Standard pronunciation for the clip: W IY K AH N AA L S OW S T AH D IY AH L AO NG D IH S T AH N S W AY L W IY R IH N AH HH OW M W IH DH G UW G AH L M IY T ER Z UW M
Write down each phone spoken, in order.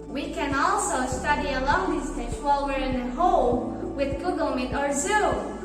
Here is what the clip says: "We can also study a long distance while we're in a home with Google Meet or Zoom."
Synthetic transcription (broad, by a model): W IY K AH N AA L S OW S T AH D IY AH L AO NG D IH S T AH S W AY L W IY R IH N AH HH OW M W IH DH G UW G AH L M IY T ER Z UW